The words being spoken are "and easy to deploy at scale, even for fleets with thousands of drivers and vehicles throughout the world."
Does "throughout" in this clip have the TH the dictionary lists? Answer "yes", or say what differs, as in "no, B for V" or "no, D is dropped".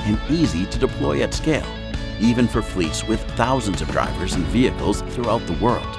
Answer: yes